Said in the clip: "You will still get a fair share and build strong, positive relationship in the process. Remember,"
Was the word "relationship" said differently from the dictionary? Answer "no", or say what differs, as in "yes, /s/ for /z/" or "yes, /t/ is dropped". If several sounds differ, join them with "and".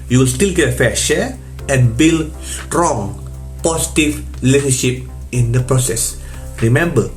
yes, /l/ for /ɹ/ and /n/ is dropped